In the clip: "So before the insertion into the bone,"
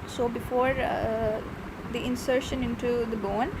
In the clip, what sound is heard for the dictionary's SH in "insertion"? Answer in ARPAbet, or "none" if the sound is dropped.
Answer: SH